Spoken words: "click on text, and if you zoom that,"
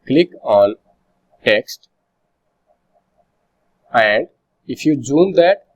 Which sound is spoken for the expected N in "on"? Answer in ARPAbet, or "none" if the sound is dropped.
N